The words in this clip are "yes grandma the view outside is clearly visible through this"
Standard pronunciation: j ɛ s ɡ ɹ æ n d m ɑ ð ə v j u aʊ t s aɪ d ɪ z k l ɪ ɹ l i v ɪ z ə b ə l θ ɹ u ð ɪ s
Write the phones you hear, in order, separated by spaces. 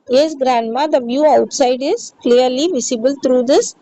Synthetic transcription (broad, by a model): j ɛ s ɡ ɹ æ n d m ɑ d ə v j u aʊ t s aɪ d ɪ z k l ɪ ɹ l i v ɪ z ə b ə l t ɹ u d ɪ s